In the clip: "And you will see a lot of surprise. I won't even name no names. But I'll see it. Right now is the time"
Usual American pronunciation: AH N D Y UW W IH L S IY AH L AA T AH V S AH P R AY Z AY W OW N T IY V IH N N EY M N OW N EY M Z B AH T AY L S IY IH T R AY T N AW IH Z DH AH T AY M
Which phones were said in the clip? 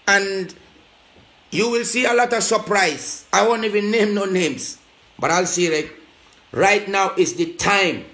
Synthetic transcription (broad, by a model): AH N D Y UW W IH L S IY AH L AA T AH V S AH P R AY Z AY W OW N T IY V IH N N EY M N OW N EY M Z B AH T AY L S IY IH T R AY T N AW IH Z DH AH T AY M